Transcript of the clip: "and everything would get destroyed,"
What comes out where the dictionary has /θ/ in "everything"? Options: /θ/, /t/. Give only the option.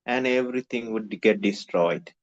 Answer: /t/